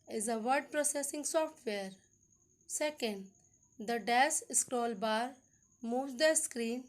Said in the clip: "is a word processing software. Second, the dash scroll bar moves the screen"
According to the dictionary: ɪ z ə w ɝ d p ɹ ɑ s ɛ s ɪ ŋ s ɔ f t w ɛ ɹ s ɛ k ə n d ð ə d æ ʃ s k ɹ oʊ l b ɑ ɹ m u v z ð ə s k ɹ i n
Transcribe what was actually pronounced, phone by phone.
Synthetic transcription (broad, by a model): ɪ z ə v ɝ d p ɹ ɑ s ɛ s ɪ ŋ s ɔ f t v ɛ ɹ s ɛ k ə n d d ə d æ s s k ɹ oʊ l b ɑ ɹ m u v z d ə s k ɹ i n